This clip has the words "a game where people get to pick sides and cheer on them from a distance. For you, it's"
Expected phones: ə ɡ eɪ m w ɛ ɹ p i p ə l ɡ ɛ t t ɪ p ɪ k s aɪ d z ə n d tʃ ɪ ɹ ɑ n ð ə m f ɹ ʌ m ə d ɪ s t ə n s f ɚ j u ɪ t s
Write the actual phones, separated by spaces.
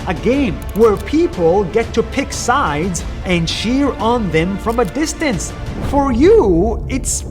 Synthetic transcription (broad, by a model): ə ɡ eɪ m w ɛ ɹ p i p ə l ɡ ɛ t t ɪ p ɪ k s aɪ d z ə n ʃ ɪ ɹ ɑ n ð ə m f ɹ ʌ m ə d ɪ s t ə n s f ɚ j u ɪ t s